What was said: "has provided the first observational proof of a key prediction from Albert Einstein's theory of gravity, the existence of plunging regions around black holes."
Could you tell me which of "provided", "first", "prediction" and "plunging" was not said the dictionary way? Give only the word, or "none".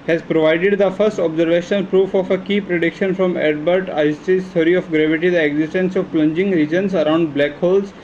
none